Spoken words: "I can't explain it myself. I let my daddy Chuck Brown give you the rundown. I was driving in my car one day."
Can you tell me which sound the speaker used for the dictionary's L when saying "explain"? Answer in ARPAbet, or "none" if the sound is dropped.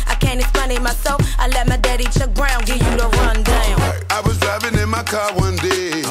none